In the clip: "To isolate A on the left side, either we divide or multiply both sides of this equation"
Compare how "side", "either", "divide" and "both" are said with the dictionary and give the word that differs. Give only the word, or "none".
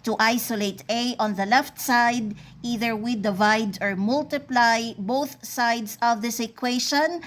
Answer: none